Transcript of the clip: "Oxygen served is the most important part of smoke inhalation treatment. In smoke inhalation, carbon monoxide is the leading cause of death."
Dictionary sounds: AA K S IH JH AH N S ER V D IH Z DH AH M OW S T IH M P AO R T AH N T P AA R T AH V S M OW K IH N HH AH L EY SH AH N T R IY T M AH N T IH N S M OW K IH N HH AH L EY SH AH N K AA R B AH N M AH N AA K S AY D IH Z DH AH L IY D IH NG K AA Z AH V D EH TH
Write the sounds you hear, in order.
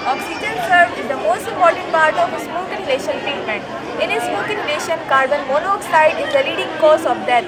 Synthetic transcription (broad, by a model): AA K S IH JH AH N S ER D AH M OW S T IH M P AO R T AH N T P AA R T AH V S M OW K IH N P L EY SH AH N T R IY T M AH N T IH N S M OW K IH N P L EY SH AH N K AA R B AH N M AH N AA K S AY D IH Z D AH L IY D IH NG K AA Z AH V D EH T